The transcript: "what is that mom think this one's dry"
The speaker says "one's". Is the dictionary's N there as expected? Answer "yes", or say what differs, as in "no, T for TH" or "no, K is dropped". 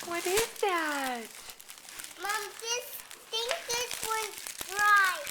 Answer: no, N is dropped